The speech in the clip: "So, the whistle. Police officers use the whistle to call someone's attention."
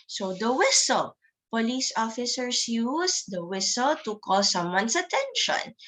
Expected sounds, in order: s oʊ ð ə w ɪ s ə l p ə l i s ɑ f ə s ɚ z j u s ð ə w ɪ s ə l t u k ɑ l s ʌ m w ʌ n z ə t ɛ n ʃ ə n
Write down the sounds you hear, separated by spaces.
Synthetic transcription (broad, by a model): s oʊ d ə w ɪ s ə l p ə l i s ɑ f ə s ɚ s j u s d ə w ɪ s ə l t u k ɑ l s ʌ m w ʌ n s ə t ɛ n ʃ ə n